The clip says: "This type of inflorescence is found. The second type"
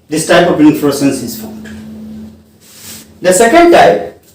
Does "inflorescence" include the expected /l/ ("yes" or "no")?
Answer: no